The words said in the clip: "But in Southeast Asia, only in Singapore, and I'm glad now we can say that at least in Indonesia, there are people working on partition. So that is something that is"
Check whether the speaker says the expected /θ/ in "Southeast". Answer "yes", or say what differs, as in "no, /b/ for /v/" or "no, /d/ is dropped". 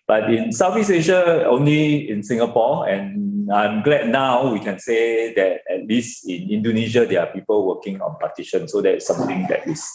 no, /f/ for /θ/